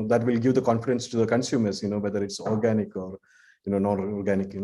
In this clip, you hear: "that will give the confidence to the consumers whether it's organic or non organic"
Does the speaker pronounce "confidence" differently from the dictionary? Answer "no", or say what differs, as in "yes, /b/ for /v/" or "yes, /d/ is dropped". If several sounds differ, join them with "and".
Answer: no